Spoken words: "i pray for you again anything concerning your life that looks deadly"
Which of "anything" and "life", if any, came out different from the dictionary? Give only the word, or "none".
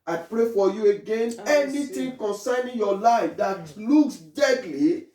anything